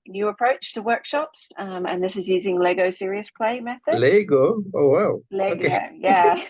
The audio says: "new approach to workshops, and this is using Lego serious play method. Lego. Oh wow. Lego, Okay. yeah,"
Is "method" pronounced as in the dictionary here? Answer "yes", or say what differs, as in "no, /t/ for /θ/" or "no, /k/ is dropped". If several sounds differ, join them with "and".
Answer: yes